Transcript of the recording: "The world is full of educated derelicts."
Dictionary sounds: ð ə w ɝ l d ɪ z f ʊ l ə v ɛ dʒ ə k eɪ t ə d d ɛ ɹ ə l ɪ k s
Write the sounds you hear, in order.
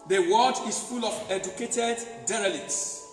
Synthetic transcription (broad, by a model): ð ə w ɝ d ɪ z f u l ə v ɛ dʒ ə k eɪ t ə d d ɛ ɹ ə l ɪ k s